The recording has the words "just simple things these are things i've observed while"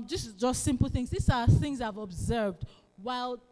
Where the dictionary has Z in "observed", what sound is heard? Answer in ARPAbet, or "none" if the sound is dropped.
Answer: Z